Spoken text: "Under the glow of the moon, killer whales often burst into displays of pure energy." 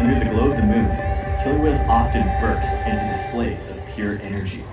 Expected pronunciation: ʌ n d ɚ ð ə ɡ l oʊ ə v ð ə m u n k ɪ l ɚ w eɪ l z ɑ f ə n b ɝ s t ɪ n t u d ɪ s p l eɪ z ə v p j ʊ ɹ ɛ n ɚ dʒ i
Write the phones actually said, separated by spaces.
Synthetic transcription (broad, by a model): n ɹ ð ə ɡ l oʊ ə v ð ə m u n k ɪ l w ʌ z ɑ f ə n b ɝ s t ɪ n t u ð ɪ s p l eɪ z ə v p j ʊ ɹ ɛ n ɚ dʒ i